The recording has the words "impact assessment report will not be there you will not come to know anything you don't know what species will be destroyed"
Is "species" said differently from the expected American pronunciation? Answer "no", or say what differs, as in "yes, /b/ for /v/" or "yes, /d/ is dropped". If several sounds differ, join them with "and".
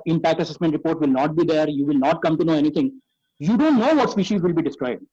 no